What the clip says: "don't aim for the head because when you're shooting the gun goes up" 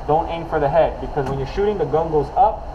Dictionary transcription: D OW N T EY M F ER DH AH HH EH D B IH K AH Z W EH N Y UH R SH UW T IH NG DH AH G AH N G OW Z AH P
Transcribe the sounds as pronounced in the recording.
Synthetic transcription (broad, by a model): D OW N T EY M F ER DH AH HH EH D B IH K AH Z W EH N Y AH R SH UW T IH NG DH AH G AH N G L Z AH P